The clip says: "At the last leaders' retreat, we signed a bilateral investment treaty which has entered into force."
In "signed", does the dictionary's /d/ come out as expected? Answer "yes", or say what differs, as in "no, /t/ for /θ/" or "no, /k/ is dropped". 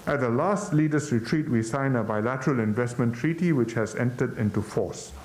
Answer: no, /d/ is dropped